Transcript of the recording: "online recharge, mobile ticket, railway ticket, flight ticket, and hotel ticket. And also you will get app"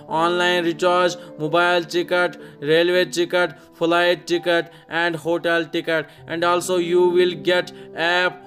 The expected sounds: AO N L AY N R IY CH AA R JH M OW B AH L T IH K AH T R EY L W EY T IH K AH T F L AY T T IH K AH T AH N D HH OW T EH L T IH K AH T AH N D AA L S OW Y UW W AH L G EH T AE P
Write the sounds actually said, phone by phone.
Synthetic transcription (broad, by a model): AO N L AY N R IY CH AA R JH M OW B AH L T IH K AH T R EY L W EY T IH K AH T P L AY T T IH K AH T AH N D HH OW T EH L T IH K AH T AH N D AA L S OW Y UW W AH L G EH T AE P